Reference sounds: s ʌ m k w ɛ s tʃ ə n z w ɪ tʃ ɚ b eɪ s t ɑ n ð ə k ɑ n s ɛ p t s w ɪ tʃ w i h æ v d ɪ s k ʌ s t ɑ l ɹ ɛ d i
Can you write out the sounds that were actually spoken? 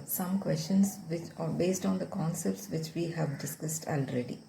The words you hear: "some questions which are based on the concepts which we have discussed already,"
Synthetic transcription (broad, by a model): s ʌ m k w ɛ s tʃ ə n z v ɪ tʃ b eɪ s t ɑ n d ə k ɑ n s ɛ p t s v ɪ tʃ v i h æ v d ɪ s k ʌ s t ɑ l ɹ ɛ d i